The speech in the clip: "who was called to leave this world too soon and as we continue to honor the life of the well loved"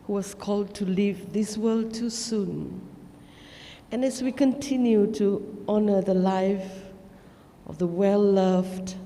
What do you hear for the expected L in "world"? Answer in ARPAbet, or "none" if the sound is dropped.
L